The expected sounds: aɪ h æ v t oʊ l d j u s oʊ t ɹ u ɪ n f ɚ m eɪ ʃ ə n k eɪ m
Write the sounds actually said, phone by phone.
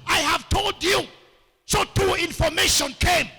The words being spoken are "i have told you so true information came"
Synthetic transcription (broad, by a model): aɪ h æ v t oʊ l d j u s oʊ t u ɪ n f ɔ m eɪ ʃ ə n k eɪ m